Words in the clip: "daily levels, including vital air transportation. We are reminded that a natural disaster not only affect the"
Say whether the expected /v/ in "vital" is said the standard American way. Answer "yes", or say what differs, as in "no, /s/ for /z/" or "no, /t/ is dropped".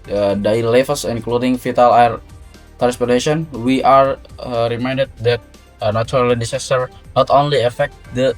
no, /f/ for /v/